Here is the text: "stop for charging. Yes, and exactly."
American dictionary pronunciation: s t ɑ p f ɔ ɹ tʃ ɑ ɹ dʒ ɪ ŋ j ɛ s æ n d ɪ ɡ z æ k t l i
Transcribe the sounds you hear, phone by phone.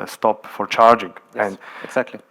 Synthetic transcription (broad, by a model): s t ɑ p f ɔ ɹ tʃ ɑ ɹ dʒ ɪ ŋ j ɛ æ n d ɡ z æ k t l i